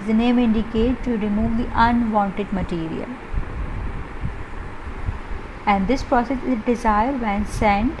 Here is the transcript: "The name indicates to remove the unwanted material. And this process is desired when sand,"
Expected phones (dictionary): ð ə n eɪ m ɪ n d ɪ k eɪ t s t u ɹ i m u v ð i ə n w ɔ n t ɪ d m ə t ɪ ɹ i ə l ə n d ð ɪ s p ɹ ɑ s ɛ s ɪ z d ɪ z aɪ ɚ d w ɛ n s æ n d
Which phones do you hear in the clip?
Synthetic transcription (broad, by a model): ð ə n eɪ m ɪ n d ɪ k eɪ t t u ɹ i m u v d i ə n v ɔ n t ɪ d m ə t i ɹ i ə l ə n d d ɪ s p ɹ ɑ s ɛ s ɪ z d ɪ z aɪ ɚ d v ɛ n s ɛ n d